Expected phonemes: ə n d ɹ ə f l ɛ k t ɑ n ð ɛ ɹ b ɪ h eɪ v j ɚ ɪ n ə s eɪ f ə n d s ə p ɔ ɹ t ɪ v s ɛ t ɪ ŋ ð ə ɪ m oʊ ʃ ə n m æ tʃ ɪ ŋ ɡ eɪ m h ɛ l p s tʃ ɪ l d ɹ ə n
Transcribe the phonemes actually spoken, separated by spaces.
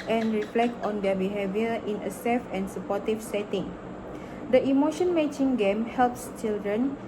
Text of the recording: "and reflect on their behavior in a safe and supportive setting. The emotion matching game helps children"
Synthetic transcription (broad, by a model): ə n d ɹ ə f l ɛ k t ɑ n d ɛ b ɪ h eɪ v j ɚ ɪ n ə s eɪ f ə n s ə p ɔ t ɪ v s ɛ t ɪ ŋ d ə ɪ m oʊ ʃ ə n m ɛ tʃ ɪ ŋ ɡ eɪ m h ɛ l p s tʃ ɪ l d ɹ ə n